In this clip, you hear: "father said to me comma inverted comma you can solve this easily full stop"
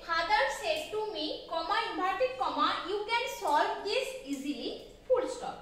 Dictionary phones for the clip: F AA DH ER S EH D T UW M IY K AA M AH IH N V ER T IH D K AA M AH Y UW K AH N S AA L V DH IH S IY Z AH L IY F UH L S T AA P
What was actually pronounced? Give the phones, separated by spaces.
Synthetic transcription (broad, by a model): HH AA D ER S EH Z T UW M IY K AA M AH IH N B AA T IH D K AA M AH Y UW K AH N S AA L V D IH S IY Z AH L IY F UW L S T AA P